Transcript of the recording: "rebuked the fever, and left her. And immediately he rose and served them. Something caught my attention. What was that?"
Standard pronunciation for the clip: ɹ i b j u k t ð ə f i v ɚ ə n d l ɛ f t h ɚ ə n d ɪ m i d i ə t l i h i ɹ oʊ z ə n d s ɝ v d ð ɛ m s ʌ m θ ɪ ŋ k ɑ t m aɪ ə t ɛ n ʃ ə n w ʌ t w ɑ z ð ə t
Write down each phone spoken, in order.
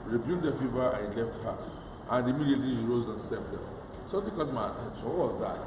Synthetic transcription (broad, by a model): ɹ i b j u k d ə f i v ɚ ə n l ɛ f t h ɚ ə n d ɪ m i d i ə t l i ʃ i ɹ oʊ z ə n s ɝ p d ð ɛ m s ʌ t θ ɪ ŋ k ɑ t m aɪ ə t ɛ n ʃ ə n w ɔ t w ɑ z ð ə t